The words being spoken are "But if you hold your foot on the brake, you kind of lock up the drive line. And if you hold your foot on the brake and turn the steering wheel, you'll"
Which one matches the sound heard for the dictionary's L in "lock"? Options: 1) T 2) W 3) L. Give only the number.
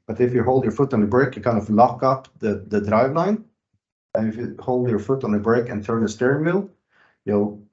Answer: 3